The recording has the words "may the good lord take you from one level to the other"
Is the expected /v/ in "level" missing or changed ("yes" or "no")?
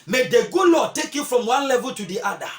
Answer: no